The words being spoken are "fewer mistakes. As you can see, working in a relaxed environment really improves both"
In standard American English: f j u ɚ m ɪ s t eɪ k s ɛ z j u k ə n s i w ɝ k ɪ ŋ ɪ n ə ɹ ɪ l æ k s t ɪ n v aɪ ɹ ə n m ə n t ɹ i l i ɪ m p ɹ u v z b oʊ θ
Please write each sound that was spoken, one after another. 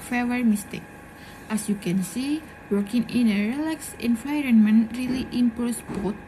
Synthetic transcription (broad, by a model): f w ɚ m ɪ s t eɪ k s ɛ s j u k ə n s i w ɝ k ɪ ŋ ɪ n ə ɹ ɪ l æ k s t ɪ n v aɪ ɹ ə n m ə n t ɹ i l i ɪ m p u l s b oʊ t